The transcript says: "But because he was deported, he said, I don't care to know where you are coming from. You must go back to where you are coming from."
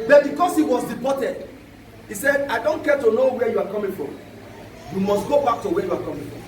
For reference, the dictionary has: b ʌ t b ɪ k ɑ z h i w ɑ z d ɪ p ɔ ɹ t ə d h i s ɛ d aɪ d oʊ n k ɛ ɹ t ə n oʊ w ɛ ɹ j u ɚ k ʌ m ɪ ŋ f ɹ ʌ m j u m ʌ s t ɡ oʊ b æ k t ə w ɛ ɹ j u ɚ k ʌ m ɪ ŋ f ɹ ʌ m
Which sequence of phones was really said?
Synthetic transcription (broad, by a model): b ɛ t b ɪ k ɑ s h i w ɑ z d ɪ p ɔ t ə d h i s ɛ d aɪ d oʊ n k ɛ t ə n oʊ w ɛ j u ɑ k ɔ m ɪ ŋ f ɹ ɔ m j u m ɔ s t ɡ oʊ b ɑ k t ə w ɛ j u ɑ k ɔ m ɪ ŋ f ɹ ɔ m